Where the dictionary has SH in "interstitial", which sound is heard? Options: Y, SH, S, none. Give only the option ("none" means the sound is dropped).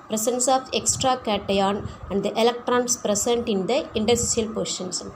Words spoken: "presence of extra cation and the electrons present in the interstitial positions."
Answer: none